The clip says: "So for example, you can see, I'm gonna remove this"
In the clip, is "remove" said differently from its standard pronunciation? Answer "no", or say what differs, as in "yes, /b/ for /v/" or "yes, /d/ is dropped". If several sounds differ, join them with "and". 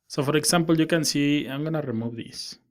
yes, /b/ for /v/